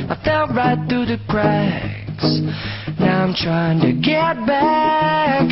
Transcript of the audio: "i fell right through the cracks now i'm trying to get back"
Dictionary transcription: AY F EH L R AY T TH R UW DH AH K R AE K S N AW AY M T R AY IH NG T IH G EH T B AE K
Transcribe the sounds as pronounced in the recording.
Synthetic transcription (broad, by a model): AY F EH L R AY T TH R UW DH AH K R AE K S N AW AY M T R AY IH NG T IH G EH T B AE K